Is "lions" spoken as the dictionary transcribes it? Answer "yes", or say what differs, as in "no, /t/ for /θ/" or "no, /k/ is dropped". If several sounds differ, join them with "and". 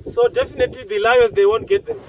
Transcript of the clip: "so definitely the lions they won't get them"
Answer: no, /n/ is dropped